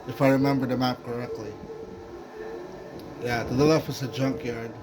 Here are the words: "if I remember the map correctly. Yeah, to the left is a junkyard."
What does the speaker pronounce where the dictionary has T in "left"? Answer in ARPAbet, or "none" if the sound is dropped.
none